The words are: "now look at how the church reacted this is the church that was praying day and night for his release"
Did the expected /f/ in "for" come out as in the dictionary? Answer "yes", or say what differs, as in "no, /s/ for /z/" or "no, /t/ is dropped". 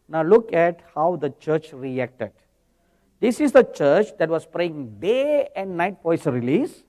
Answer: no, /p/ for /f/